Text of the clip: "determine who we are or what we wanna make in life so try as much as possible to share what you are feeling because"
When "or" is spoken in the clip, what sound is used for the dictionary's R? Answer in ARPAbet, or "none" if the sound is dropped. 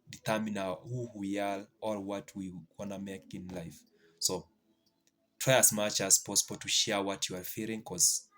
L